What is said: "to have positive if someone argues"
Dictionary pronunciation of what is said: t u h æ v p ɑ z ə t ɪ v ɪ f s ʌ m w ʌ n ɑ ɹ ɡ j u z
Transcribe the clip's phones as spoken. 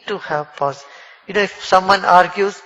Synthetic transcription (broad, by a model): t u h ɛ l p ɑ s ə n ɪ ɪ f s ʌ m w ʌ n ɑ ɹ ɡ j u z